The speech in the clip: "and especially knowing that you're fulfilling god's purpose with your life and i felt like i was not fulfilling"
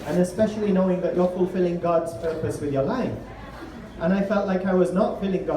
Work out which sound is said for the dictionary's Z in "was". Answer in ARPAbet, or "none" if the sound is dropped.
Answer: Z